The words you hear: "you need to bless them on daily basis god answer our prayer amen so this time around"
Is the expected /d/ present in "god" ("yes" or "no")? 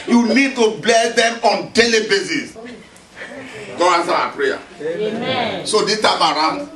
no